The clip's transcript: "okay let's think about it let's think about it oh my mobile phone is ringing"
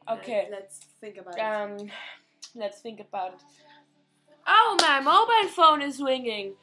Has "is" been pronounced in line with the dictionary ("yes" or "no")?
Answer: yes